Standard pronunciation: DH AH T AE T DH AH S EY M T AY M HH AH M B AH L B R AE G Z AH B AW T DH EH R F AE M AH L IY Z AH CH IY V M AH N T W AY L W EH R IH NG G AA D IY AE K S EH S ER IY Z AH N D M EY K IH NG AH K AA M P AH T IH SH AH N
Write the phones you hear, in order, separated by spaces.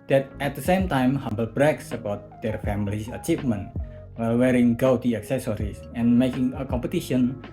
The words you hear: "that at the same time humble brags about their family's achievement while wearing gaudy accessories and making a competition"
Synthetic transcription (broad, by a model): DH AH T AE T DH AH S EY M T AY M HH AH M B AH L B R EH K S AH B AW T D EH R F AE M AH L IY S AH CH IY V M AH N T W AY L W EH R IH NG G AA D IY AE K S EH S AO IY S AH N M EY K IH NG AH K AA M P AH T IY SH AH N